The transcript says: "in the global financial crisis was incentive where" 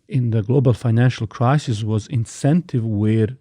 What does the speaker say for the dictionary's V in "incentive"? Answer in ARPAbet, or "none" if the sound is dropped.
V